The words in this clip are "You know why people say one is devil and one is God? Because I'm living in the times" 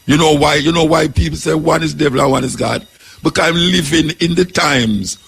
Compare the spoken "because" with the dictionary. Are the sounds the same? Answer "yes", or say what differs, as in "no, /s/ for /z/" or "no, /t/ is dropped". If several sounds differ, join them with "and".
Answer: no, /z/ is dropped